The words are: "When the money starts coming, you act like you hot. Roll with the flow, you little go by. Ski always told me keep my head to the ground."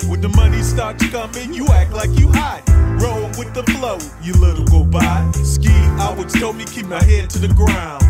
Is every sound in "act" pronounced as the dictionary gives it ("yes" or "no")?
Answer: yes